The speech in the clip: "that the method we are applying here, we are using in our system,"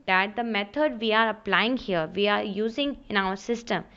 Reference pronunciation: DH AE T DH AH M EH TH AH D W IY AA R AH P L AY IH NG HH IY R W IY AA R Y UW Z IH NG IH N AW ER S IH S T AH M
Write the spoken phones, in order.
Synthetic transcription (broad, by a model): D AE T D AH M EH T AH D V IY AA R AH P L AY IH NG HH IY R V IY AA R Y UW Z IH NG IH N AW ER S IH S T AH M